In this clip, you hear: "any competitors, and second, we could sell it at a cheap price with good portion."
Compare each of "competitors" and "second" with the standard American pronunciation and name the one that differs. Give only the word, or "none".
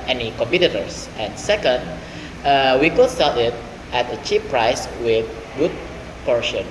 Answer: competitors